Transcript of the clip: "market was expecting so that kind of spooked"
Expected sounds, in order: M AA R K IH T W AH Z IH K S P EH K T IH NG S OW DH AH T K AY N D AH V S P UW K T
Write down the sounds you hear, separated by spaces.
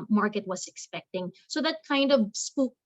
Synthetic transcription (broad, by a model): M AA R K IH T W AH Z IH K S P EH K T IH NG S OW DH AH T K AY N D AH V S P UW